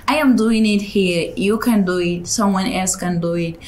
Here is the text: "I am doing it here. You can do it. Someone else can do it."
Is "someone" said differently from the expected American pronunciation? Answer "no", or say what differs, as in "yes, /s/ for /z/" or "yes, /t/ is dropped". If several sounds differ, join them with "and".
no